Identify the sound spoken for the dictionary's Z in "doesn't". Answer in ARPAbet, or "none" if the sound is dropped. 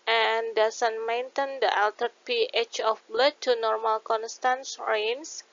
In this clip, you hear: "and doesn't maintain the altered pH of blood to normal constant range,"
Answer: S